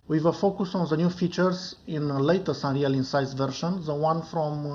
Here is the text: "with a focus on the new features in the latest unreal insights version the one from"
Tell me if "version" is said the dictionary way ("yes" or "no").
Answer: no